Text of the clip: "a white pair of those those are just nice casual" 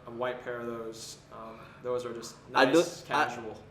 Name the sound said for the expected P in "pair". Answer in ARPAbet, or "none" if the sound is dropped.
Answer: P